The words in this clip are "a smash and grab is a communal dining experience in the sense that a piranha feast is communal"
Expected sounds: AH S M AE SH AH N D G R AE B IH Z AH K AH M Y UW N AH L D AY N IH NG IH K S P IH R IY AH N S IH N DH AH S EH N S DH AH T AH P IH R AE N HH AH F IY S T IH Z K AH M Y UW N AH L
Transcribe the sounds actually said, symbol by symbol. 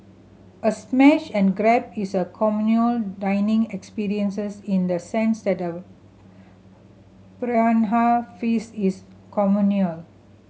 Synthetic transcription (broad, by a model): AH S M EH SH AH N G R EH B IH S AH K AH M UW N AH L D AY N IH NG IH K S P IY R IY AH N S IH N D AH S EH N S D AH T AH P R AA N HH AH F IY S IH S K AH M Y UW N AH L